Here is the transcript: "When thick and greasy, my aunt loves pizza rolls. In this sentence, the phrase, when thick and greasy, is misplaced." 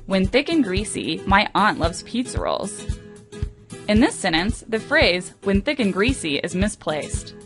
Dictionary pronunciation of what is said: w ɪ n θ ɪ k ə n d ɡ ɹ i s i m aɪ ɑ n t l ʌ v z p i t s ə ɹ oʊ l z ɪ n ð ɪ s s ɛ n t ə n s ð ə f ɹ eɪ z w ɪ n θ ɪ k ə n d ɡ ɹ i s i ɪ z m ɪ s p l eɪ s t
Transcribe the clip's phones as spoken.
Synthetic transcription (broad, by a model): w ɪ n θ ɪ k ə n ɡ ɹ i s i m aɪ ɑ n t l ʌ v z p i t s ə ɹ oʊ l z ɪ n ð ɪ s s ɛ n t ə n s ð ə f ɹ eɪ z w ɪ n θ ɪ k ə n ɡ ɹ i s i ɪ z m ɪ s p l eɪ s t